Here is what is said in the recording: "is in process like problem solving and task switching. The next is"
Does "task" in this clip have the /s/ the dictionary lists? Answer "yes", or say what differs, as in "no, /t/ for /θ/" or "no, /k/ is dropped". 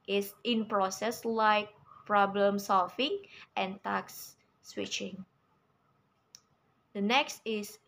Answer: no, /s/ is dropped